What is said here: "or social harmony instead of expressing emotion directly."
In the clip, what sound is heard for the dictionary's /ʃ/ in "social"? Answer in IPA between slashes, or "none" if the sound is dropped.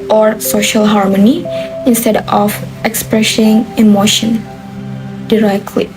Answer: /ʃ/